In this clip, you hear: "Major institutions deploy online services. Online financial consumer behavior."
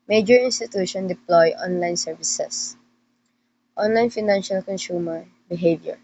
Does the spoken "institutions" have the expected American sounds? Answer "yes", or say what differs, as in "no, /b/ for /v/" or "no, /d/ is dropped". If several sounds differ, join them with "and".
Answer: no, /z/ is dropped